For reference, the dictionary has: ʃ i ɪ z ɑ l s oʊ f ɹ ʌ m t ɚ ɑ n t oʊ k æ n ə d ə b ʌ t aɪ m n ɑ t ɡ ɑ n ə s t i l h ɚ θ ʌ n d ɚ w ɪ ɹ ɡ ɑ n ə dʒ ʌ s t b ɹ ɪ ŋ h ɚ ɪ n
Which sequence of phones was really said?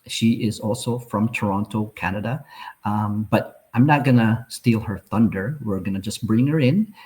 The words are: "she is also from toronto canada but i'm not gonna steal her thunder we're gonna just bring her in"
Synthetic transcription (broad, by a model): ʃ i ɪ z ɑ l s oʊ f ɹ ʌ m t ɚ ɑ n t oʊ k æ n ə d ə b ʌ t aɪ m n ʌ t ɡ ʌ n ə s t i l h ɚ θ ʌ n d ɚ w ɪ ɹ ɡ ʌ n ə dʒ ʌ s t b ɹ ɪ ŋ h ɚ ɪ n